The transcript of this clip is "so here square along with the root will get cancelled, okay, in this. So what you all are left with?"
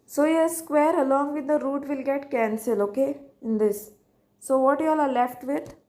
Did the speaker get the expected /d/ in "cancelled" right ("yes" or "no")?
no